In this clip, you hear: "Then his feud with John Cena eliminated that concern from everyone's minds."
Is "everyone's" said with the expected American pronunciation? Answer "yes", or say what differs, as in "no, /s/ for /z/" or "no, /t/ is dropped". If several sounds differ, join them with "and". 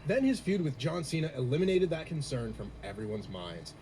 yes